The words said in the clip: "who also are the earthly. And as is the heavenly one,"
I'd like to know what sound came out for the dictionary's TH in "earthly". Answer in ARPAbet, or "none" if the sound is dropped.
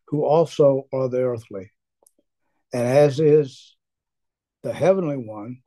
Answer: TH